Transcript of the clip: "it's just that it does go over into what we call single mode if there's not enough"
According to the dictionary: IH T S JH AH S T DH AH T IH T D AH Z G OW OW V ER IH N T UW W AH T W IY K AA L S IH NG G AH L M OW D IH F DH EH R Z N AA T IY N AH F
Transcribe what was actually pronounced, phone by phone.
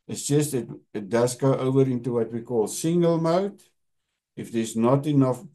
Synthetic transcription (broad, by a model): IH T S JH AH S T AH T IH T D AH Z G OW OW V ER IH N T UW W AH T W IY K AA L S IH NG G AH L M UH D IH F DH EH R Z N AA T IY N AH F